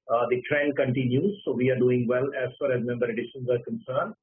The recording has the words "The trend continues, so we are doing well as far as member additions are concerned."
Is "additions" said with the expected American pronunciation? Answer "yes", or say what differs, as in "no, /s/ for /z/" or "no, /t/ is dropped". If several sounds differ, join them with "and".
yes